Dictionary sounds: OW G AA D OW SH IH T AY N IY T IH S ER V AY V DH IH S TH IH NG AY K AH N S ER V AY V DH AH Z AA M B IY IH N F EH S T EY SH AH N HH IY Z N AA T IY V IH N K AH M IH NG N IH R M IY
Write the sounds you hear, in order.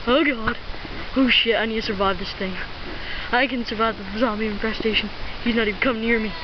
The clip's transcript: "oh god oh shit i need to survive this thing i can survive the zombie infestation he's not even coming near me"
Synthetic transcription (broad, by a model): OW G AA D OW SH IH T AY N IY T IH S ER V AY V DH IH S TH IH NG AY K AH N S ER V AY V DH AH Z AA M IY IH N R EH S T EY SH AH N HH IY Z N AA T IY V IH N K AH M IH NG N IH R M IY